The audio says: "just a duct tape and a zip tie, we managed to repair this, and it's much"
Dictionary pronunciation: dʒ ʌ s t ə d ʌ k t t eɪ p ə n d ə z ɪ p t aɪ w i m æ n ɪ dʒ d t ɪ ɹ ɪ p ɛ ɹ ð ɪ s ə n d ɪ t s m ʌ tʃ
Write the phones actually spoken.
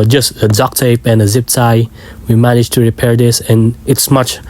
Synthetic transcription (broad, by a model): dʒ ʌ s t ə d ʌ k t t eɪ p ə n ə z ɪ p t aɪ w i m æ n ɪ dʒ t ɪ ɹ ɪ p ɛ ɹ ð ɪ s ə n ɪ t s m ʌ tʃ